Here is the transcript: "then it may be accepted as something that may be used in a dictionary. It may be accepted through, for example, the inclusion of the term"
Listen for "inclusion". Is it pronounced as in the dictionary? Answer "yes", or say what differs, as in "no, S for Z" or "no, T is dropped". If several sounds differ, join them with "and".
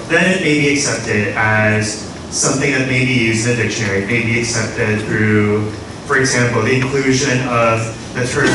yes